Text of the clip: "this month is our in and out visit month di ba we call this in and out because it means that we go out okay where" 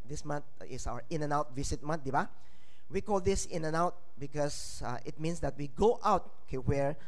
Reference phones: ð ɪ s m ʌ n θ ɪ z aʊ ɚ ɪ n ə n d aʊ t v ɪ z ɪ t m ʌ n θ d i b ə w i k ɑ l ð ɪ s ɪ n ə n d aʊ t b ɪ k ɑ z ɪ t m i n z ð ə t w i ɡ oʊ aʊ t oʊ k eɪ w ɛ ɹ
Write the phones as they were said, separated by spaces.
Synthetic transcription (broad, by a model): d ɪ s m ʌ n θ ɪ s aʊ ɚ ɪ n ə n aʊ t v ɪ s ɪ t m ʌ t d i b ə w i k ɑ l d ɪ s ɪ n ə n aʊ t b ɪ k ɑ s ɪ t m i n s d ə t w i ɡ oʊ aʊ t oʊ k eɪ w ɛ ɹ